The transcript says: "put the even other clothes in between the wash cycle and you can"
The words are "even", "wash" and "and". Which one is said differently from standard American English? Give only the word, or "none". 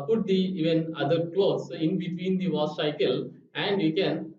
wash